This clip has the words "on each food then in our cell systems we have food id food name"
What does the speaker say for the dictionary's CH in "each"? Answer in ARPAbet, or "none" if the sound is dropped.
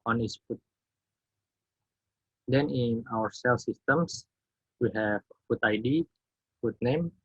S